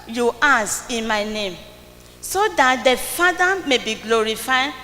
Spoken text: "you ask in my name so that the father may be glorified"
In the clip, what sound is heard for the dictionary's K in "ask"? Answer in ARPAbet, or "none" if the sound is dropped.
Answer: none